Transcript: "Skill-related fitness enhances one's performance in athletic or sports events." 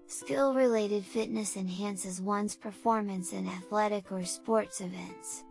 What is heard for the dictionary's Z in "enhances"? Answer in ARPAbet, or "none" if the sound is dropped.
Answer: Z